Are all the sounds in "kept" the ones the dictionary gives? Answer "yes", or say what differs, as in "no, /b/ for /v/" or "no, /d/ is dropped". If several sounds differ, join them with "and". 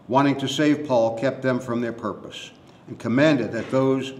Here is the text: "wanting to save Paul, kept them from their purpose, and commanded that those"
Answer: yes